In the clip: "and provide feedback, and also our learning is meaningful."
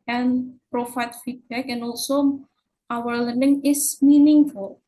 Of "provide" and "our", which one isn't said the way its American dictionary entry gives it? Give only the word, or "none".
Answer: provide